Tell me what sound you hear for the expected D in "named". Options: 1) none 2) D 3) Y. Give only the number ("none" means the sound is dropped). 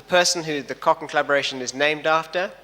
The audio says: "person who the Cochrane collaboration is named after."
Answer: 2